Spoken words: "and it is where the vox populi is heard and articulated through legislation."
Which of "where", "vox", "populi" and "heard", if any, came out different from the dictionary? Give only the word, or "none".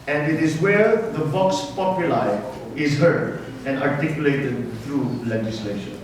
vox